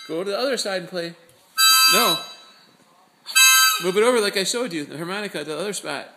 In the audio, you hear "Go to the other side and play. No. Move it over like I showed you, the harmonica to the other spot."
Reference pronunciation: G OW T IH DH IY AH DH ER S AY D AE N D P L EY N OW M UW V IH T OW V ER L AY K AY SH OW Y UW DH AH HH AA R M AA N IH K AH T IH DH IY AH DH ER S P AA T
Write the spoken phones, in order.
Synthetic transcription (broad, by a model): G OW T IH DH IY AH DH ER S AY D N P L EY N OW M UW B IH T OW V ER L AY K AY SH OW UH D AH HH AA R M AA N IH K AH T IH DH IY AH DH ER S P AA T